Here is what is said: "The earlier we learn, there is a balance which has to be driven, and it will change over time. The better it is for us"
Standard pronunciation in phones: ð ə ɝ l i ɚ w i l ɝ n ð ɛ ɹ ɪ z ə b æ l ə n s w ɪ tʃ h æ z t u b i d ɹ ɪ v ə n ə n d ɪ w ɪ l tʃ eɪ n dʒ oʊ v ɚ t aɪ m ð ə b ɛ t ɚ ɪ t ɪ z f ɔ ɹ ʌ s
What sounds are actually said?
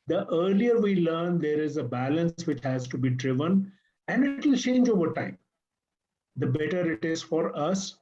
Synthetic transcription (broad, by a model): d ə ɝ l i ɚ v i l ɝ n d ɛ ɹ ɪ z ə b æ l ə n s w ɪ tʃ h æ z t u b i d ɹ ɪ v ə n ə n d ɪ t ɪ l tʃ eɪ n dʒ oʊ v ɚ t aɪ m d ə b ɛ t ɚ ɪ t ɪ z f ɔ ɹ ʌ s